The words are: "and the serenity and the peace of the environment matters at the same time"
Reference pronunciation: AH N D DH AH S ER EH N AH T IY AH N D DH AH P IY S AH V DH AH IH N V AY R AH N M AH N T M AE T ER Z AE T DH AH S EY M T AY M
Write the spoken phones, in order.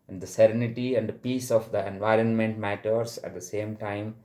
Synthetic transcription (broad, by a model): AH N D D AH S ER EH N AH T IY AH N D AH P IY S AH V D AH IH N V AY R AH N M AH N T M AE T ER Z AE T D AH S EY M T AY M